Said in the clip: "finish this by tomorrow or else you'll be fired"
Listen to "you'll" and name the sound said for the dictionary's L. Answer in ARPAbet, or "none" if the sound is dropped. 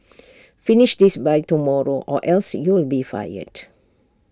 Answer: L